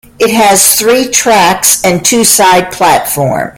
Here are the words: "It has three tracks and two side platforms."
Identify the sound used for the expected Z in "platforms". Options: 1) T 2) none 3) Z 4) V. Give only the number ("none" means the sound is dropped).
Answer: 2